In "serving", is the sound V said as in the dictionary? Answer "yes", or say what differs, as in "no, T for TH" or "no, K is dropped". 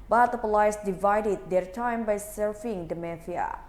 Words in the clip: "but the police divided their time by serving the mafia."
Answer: no, F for V